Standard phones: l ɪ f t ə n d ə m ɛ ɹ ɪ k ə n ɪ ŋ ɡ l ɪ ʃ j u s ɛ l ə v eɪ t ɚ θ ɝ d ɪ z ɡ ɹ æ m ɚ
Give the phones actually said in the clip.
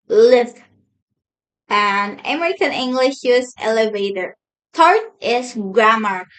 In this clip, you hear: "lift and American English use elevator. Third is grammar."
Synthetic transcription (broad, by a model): l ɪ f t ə n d ə m ɛ ɹ ɪ k ə n ɪ ŋ ɡ l ɪ ʃ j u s ɛ l ə v eɪ t ɚ t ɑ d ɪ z ɡ ɹ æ m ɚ